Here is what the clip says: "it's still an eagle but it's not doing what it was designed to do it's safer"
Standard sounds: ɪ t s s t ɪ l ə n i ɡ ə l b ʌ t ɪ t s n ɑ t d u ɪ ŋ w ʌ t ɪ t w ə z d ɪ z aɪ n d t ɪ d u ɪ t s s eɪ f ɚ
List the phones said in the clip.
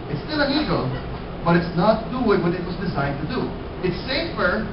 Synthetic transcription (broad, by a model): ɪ t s s t ɪ l ə n i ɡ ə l b ʌ t ɪ t s n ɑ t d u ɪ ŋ w ʌ t ɪ t w ə z d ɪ z aɪ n t ɪ d u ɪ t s s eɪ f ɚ